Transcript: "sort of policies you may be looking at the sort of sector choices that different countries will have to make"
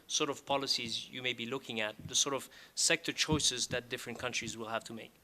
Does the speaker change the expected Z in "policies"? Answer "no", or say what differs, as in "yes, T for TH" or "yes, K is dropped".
no